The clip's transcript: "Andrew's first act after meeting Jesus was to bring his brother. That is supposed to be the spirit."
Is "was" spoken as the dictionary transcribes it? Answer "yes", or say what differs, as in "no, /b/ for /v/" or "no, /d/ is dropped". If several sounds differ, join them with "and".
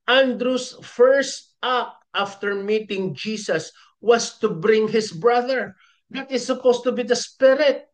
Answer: no, /s/ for /z/